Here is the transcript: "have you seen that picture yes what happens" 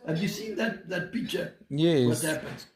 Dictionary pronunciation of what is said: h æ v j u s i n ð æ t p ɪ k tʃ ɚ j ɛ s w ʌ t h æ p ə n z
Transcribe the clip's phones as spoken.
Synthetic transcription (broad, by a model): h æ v j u s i n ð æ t p ɪ k tʃ ɚ j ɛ w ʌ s h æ p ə n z